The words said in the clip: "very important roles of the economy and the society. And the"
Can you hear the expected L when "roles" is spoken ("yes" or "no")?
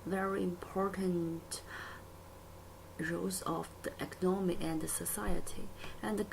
no